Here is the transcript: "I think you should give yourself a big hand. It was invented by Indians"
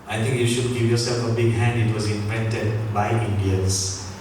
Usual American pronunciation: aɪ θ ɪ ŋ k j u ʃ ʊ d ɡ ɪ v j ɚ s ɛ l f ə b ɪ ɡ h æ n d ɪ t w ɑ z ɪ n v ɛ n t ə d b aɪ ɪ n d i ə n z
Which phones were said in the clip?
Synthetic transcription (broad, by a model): aɪ t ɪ ŋ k j u ʃ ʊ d ɡ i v j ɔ s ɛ l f ə b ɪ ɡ h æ n d ɪ t w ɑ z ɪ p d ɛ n t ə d b aɪ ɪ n d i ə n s